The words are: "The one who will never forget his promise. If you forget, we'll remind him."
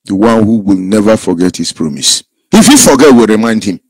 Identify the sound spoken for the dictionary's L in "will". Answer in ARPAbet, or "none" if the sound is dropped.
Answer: L